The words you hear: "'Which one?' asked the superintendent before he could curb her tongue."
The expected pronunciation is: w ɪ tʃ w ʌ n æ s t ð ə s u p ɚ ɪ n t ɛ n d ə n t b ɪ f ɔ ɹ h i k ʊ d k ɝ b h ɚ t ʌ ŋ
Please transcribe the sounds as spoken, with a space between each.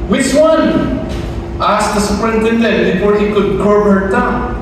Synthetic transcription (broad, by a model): w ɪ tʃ w ʌ n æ s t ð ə s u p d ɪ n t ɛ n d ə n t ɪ p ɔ ɹ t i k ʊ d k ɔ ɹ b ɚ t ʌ